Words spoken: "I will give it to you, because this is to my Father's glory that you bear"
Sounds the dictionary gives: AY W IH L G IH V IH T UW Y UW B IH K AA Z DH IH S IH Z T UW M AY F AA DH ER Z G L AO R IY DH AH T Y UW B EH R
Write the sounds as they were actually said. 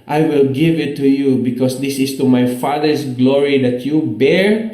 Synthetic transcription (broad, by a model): AY W IH L G IH V IH T UW Y UW B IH K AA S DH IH S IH S T UW M AY F AA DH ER S G L AO R IY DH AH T Y UW B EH R